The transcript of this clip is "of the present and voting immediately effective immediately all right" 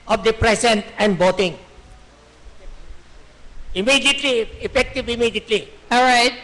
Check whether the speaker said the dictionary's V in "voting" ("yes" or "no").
no